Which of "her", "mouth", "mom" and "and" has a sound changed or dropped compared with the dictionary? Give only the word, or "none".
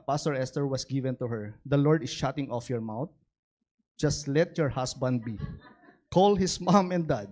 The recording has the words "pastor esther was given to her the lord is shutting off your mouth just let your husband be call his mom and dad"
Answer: mouth